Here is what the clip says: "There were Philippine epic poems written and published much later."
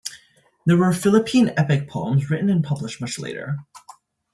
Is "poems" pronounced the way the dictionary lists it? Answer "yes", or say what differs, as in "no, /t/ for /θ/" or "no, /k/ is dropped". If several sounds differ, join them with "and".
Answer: yes